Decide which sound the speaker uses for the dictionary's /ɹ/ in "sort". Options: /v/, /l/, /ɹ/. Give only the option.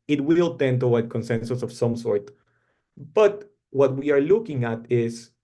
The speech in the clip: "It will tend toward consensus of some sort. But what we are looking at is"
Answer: /ɹ/